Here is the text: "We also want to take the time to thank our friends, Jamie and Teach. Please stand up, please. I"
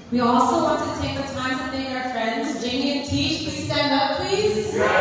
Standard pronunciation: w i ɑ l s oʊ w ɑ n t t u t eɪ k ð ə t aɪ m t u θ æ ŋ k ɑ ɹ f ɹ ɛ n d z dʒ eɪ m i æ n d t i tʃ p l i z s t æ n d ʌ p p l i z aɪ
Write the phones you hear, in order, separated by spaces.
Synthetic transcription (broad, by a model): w i ɑ l s oʊ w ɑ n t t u t eɪ k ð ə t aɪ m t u t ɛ k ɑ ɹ f ɹ ɛ n d z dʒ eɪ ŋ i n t i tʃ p l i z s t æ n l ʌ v p l i z